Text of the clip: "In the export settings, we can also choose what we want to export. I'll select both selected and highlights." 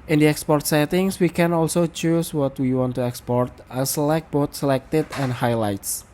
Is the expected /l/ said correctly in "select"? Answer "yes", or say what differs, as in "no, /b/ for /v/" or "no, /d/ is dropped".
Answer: no, /l/ is dropped